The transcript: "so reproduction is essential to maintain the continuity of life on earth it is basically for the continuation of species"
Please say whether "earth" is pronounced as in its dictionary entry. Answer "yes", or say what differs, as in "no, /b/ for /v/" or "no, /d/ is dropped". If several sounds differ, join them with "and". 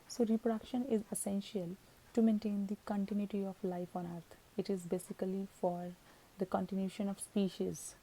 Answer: no, /t/ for /θ/